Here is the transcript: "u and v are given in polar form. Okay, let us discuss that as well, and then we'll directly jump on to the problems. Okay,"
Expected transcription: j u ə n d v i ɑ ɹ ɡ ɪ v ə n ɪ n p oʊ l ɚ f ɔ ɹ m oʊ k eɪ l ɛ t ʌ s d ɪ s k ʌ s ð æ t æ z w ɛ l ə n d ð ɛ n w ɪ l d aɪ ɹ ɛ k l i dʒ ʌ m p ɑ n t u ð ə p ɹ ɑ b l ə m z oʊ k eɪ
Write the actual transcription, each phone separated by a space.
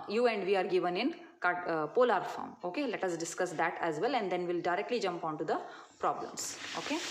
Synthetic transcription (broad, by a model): j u ə n d v i ɑ ɹ ɡ ɪ v ə n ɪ n p oʊ l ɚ f ɔ ɹ m oʊ k eɪ l ɛ t ʌ s d ɪ s k ʌ s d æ t æ z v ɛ l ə n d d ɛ n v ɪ l d aɪ ɹ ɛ k l i dʒ ʌ m p ɑ n t u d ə p ɹ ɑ b l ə m s oʊ k eɪ